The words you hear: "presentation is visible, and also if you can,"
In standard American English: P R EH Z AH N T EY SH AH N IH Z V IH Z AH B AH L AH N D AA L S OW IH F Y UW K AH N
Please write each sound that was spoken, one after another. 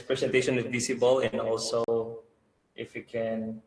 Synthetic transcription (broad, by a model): P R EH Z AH N T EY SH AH N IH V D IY S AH B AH L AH N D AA L S OW IH F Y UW K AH N